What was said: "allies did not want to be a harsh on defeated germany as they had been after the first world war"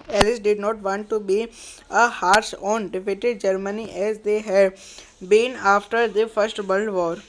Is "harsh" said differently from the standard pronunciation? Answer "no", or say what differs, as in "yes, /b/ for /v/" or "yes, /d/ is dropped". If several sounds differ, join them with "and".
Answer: yes, /s/ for /ʃ/